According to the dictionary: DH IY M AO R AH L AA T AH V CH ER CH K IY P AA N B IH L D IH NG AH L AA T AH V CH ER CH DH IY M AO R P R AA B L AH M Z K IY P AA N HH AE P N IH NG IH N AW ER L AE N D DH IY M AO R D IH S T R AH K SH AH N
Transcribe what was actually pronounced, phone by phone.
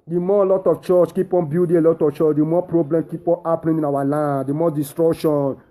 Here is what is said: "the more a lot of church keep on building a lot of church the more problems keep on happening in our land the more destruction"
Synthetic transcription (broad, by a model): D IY M AO L AA T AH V CH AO CH K IY P AA N B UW D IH AH L AA T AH F CH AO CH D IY M AO P R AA B L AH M K IY P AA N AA P L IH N IH N AW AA L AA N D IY M AO D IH S T R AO K SH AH N